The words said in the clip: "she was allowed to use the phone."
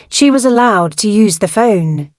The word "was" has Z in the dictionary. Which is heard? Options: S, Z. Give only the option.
Z